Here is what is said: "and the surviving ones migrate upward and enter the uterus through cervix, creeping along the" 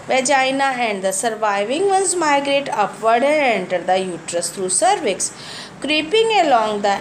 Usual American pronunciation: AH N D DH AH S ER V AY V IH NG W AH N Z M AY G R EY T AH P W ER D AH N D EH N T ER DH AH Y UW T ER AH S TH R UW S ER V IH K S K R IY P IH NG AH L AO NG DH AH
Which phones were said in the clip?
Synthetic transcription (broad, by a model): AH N D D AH S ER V AY V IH NG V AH N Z M AY G R EY T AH P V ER D AH N D EH N T ER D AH Y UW T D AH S T R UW S ER V IH K S K R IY P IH NG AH L AO NG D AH